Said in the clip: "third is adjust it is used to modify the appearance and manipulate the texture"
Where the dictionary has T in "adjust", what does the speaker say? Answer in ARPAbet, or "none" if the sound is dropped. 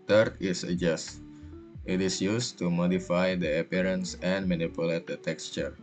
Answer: T